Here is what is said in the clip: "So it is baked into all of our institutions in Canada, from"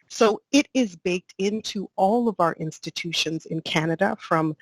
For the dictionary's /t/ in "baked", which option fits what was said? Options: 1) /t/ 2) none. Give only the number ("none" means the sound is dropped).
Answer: 1